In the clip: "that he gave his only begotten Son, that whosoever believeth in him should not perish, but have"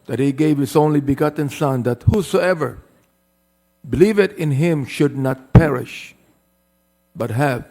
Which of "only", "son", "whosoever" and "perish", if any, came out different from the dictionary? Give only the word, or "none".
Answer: none